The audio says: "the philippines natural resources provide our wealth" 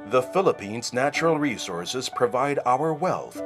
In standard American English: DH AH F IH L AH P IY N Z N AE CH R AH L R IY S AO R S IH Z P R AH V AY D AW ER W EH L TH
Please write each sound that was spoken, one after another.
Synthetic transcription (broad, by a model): DH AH F IH L AH P IY N Z N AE CH R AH L R IY S AO R S IH Z P R AH V AY D AW ER W EH L TH